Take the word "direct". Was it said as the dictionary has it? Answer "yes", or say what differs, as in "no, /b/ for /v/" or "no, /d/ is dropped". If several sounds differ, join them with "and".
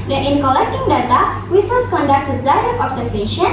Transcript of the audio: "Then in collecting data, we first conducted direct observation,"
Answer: no, /t/ is dropped